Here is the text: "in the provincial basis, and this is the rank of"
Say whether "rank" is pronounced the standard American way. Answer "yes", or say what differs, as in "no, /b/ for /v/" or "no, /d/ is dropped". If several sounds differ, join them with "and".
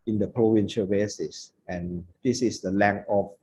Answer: no, /l/ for /ɹ/ and /k/ is dropped